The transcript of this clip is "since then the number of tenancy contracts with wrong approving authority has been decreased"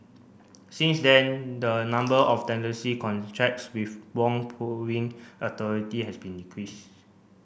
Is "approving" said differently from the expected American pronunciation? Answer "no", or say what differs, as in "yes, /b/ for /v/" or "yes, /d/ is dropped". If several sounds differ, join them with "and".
yes, /ɹ/ is dropped